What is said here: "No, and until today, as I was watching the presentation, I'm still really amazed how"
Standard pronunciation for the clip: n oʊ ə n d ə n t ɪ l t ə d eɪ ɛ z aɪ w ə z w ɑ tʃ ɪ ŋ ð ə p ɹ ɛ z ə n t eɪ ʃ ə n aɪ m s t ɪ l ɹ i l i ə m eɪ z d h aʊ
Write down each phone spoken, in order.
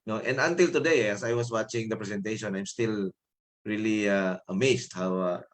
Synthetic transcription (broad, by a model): n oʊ ə n d ə n t ɪ l t ə d eɪ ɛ s aɪ w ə s w ɑ tʃ ɪ ŋ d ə p ɹ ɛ s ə n t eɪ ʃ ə n aɪ m s t ɪ l ɹ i l i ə m eɪ s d h aʊ